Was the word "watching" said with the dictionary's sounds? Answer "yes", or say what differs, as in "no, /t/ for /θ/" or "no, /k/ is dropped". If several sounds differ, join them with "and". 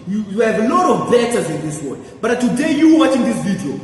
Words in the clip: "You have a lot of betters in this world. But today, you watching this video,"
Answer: yes